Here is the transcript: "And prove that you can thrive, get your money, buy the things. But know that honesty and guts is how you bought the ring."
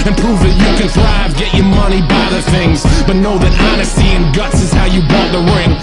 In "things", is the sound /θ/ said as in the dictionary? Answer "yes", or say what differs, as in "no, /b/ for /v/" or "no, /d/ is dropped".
yes